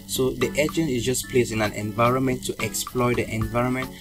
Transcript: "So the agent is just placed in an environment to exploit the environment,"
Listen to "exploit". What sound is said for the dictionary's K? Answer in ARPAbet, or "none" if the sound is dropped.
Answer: K